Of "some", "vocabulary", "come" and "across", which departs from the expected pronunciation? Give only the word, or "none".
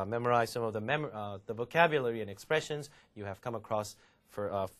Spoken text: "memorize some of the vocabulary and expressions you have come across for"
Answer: none